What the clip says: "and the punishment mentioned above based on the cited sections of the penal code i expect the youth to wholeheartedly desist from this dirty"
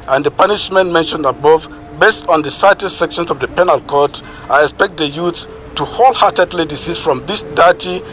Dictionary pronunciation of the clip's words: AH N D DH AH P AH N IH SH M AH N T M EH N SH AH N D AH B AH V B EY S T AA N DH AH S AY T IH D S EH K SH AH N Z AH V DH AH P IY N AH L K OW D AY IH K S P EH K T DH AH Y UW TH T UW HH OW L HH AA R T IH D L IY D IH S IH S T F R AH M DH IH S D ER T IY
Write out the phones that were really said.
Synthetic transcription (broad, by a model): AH N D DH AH P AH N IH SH M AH N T M EH N SH AH N D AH B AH V B EY S T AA N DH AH S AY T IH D S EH K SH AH N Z AH V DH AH P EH N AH L K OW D AY IH K S P EH K T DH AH Y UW S T UW HH OW L HH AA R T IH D L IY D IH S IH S F R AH M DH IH S D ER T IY